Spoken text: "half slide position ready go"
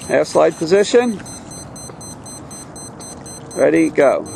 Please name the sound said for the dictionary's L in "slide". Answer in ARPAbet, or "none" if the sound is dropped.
L